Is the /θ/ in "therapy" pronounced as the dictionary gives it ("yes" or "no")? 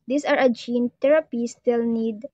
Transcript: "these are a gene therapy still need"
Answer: no